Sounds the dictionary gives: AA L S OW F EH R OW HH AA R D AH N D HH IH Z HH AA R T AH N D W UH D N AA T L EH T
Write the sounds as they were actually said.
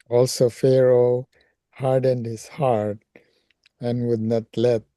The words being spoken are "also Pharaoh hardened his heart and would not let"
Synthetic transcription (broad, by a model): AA L S OW F EH R OW HH AA R D AH N D HH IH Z HH AA R T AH N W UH D N AA T L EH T